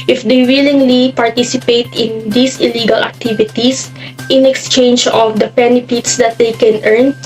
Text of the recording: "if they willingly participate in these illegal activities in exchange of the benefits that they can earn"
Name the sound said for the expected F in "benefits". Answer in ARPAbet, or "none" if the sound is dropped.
P